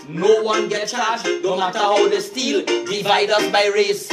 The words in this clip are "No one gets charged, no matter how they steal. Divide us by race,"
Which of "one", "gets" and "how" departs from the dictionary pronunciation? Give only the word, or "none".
gets